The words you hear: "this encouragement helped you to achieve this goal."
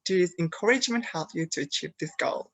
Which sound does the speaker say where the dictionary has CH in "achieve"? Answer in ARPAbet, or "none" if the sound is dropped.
CH